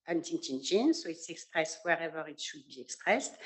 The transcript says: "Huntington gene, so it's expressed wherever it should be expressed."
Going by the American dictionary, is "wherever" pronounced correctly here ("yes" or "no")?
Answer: yes